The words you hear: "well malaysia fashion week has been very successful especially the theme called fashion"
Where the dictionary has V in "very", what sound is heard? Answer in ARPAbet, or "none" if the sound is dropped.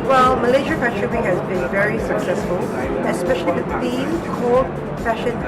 V